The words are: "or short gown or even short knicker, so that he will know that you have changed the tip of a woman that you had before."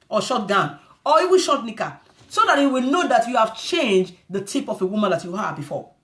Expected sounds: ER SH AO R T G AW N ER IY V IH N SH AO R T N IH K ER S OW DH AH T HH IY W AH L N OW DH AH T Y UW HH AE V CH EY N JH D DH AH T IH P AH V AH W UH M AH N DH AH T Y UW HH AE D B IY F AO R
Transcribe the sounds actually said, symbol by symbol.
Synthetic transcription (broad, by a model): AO SH AO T G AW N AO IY W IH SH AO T N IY K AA S OW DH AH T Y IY W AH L N OW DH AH T Y UW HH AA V CH EY N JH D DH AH T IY P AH F AH W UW M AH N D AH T Y UW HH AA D B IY F AO